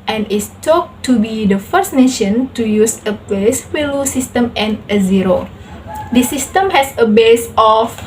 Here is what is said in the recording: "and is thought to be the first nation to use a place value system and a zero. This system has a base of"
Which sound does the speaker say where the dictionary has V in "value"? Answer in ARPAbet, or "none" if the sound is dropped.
W